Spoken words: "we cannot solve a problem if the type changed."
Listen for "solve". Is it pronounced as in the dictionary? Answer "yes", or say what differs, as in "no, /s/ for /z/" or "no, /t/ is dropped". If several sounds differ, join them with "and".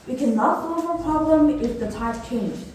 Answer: no, /l/ is dropped